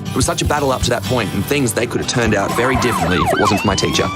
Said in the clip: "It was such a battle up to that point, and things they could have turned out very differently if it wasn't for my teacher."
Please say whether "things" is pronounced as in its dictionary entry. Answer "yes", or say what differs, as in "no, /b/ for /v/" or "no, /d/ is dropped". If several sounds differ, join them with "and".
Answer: yes